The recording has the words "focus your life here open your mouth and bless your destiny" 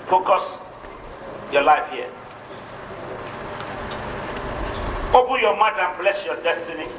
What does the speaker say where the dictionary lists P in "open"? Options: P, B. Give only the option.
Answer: B